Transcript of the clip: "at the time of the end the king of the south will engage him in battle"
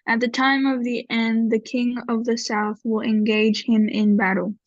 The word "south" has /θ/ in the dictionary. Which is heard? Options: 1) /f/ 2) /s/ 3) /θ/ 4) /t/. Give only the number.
3